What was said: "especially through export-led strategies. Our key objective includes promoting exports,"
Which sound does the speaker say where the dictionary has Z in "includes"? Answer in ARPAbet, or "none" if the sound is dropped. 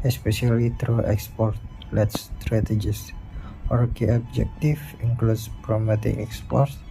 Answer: S